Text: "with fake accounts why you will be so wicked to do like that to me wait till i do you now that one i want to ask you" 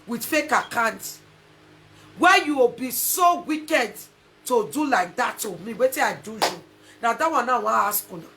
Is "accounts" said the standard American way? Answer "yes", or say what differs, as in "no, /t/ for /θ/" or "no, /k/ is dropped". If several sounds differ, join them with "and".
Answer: no, /s/ is dropped